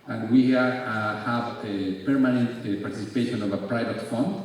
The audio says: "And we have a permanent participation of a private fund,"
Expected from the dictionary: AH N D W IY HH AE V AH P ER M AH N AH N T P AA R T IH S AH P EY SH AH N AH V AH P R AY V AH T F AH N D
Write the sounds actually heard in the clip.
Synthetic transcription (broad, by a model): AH N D W IY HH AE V AH P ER M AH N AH N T P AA R T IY S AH P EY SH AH N AH V AH P R AY V AH T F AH N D